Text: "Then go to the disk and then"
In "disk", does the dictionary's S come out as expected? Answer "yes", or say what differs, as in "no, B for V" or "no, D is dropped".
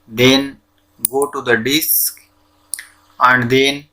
yes